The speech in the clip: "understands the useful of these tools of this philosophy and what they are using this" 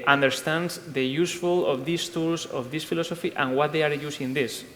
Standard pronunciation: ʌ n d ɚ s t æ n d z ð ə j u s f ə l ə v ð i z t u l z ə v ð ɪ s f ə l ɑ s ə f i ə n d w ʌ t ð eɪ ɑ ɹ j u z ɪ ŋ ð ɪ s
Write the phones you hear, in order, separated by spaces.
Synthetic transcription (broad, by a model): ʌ n d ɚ s t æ n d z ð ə j u s f ə l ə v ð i s t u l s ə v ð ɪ s f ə l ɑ s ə f i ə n w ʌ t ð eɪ ɑ ɹ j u s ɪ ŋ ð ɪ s